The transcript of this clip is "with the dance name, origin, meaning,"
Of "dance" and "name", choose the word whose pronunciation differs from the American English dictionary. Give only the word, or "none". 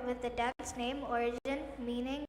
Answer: dance